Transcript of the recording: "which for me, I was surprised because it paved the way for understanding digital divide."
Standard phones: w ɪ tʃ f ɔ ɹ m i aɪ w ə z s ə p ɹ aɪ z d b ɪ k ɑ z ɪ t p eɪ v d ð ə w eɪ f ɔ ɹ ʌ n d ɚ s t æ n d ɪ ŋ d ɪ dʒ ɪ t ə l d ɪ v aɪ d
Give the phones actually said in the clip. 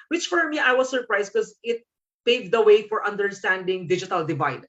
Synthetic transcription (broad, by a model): w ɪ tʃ f ɔ ɹ m i aɪ w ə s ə p ɹ aɪ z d k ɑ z ɪ t p eɪ v d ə w eɪ f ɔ ɹ ʌ n d ɚ s t æ n d ɪ ŋ d ɪ dʒ ɪ t ə l d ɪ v aɪ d